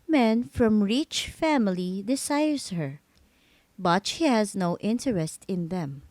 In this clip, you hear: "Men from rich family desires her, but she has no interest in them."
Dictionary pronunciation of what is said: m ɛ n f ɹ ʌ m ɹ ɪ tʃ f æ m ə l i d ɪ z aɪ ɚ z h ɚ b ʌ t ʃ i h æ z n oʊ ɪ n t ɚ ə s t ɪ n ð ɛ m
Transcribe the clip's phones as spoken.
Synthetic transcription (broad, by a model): m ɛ n f ɹ ʌ m ɹ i tʃ f æ m ə l i d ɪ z aɪ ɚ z h ɚ b ʌ t ʃ i h æ z n oʊ ɪ n t ɚ ə s t ɪ n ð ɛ m